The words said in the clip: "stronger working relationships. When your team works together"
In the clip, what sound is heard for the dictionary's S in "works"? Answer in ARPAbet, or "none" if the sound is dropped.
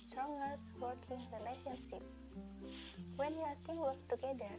none